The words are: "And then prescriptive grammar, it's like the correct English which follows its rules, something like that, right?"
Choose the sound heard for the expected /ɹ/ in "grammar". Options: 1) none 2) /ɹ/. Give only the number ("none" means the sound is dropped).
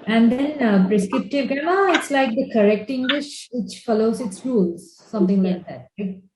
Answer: 1